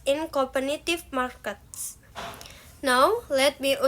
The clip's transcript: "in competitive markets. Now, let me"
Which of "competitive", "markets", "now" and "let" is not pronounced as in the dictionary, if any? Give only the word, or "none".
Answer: competitive